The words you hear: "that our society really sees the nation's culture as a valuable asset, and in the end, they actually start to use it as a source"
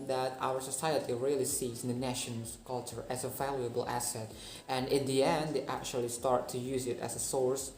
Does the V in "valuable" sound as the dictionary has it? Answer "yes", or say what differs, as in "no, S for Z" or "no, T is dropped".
yes